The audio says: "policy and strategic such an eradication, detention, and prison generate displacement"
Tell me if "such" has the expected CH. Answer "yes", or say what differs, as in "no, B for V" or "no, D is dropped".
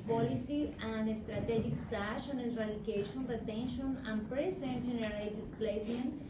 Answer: no, SH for CH